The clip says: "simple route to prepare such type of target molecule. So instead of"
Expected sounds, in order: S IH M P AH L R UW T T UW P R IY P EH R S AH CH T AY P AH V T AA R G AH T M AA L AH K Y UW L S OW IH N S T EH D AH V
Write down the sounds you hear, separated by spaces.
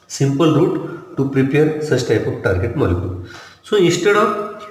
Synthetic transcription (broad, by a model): S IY M P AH L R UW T T UW P R IY P EH R S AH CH T AY P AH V T AA R G AH T M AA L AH K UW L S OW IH S T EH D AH